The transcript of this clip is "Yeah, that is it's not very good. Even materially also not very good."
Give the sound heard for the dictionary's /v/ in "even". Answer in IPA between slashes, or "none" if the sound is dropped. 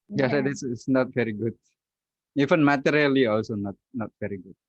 /f/